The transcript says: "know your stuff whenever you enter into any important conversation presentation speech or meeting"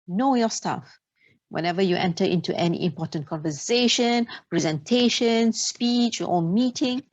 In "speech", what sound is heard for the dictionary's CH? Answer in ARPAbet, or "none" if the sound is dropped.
CH